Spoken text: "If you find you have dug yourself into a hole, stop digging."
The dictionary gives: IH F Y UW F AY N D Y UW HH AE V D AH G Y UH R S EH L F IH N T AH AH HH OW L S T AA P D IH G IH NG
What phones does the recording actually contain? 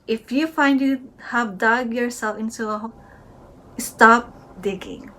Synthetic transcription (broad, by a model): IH F Y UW F AY N D Y UW HH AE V D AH G Y UH R S EH L F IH N S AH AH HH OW S T AA P D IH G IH NG